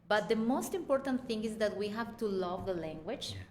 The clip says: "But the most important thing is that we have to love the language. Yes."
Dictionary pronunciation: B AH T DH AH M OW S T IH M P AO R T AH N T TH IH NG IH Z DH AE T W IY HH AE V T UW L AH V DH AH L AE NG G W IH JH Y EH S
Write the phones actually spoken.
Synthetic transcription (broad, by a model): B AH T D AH M OW S T IH M P AO R T AH N T T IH NG IH Z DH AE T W IY HH AE V T UW L AH V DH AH L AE NG G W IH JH